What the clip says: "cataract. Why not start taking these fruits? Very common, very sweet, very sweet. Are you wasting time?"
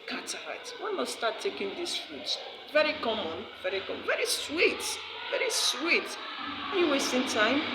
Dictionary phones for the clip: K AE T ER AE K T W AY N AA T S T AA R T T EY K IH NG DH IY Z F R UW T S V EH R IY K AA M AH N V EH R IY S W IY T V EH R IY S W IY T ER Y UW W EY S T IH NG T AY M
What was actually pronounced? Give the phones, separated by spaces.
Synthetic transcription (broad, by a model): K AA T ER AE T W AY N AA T S T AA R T T EY K IH NG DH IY S F R UW T S V EH R IY K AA M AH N V EH R IY S W IY T V EH R IY S W IY T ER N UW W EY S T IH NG T AY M